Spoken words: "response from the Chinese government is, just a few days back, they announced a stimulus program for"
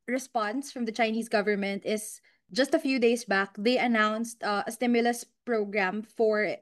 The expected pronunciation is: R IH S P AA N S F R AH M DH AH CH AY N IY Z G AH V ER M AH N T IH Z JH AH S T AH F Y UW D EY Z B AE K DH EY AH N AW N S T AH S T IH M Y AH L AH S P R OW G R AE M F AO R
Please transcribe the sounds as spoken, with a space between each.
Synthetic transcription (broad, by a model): R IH S P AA N S F R AH M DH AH CH AY N IY S G AH V ER M AH N T IH S JH AH S T AH F Y UW D EY S B AE K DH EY AH N AW N S T AH S T IH M Y AH L AH S P R OW G R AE M F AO R